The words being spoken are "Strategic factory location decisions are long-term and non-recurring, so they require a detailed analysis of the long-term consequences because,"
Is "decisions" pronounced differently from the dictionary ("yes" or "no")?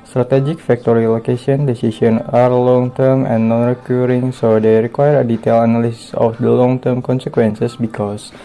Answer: yes